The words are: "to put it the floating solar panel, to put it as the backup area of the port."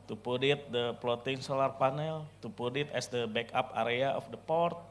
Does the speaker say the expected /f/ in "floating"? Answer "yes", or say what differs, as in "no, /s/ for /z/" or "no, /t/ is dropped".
no, /p/ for /f/